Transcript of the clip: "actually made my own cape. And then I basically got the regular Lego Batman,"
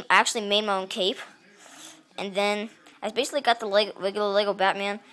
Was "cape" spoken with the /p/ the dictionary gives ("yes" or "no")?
yes